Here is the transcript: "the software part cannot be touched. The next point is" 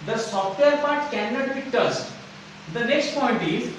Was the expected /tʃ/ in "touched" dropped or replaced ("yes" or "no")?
yes